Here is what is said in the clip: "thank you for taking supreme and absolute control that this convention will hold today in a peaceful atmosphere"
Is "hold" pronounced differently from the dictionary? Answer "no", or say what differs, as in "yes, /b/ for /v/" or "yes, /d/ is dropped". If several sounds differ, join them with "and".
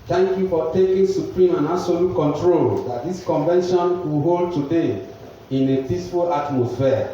no